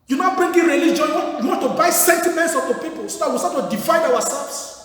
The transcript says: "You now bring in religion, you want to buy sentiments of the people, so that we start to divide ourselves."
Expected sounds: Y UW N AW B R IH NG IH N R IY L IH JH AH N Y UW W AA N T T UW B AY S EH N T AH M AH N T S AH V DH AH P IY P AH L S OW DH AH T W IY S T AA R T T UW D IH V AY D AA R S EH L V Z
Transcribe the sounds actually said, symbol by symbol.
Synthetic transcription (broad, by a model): Y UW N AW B R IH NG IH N R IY L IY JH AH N Y UW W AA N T T UW B AY S EH N T AH M AH N T S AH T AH P IY P AH L S OW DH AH T W IY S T AA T T UW D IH F AY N AA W S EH L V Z